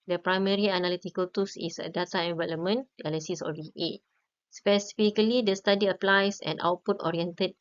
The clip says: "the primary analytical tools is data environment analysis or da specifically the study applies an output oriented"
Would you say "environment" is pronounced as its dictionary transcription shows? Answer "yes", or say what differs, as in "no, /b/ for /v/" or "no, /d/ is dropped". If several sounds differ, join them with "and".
no, /l/ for /ɹ/ and /t/ is dropped